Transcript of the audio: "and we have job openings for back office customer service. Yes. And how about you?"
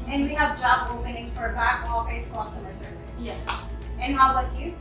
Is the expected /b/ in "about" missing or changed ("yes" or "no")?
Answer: yes